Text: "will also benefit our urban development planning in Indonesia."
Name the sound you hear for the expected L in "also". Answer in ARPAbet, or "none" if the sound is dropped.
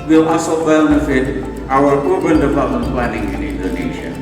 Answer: none